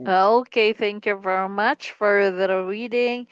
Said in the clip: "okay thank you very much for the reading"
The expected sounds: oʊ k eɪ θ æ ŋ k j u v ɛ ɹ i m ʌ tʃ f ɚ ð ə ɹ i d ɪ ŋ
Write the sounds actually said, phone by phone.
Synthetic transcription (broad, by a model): oʊ k eɪ θ æ ŋ k j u v ɛ ɹ i m ʌ tʃ f ɚ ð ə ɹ i d ɪ ŋ